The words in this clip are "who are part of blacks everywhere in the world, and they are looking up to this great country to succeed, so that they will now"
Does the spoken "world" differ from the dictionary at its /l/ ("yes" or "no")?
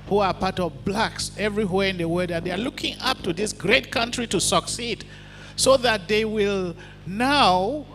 yes